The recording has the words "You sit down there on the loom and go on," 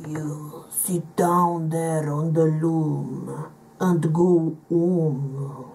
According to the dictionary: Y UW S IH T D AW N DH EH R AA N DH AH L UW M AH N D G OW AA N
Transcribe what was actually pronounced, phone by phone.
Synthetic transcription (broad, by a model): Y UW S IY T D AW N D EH R AA N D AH L UW M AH N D G OW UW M